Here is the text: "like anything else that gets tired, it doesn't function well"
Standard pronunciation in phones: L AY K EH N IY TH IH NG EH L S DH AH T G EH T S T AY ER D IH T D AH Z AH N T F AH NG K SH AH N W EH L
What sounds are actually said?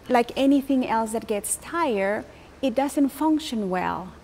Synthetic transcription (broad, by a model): L AY K EH N IY TH IH NG EH L S DH AH T G EH T S T AY ER IH T D AH Z AH N T F AH NG K SH AH N W EH L